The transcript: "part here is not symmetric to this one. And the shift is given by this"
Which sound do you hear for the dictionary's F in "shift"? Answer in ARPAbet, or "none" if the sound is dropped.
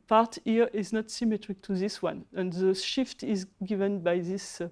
F